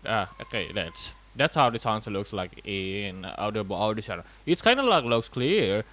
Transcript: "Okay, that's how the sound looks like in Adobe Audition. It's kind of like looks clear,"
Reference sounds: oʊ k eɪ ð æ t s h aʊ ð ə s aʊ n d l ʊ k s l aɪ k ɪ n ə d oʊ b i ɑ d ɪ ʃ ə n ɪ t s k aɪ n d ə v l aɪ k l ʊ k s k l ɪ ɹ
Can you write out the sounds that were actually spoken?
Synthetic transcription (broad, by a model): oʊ k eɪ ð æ t s h aʊ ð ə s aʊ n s l ʊ k s l aɪ k ɪ n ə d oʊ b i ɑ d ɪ s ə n ɪ t s k aɪ n d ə l aɪ k l ʊ k s k l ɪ ɹ